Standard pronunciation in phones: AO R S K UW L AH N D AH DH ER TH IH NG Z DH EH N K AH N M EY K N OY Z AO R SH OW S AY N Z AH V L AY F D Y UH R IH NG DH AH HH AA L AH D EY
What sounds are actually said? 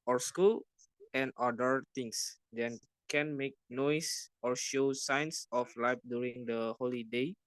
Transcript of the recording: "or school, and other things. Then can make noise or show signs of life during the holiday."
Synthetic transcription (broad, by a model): AO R S K UW L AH N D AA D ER T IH NG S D EH N K AH N M EY K N OY S AO R SH OW S AY N S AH F L AY F D Y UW R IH NG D AH HH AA L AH D EY